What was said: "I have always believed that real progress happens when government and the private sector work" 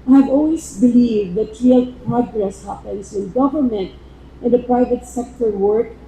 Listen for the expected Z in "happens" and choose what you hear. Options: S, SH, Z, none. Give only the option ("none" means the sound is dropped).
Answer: S